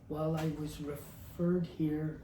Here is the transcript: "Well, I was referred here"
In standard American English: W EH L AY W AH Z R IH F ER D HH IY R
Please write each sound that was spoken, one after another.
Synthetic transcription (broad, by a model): W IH L AY W AH Z R IH F ER D HH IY R